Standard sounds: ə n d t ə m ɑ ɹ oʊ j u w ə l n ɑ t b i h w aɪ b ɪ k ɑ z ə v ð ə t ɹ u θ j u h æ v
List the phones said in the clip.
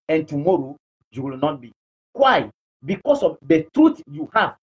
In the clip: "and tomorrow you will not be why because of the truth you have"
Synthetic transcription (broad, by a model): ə n t ə m ɑ ɹ oʊ j u w ə l n ɑ t b i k w aɪ b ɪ k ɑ s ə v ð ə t ɹ u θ j u h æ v